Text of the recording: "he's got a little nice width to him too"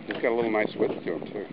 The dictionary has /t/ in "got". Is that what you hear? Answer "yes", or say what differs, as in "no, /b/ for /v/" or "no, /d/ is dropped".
yes